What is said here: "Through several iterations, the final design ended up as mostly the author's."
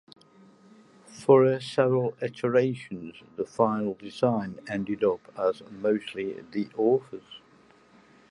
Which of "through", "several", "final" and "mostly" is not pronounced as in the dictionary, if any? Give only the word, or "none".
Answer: through